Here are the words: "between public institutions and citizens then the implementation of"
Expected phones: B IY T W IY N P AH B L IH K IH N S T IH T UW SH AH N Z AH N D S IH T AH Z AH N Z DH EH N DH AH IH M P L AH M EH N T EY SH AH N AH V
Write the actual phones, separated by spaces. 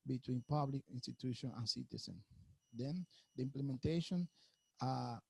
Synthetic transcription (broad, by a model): B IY T W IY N P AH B L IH K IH N S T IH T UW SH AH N AH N S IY T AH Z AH N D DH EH N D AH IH M P L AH M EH N T EY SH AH N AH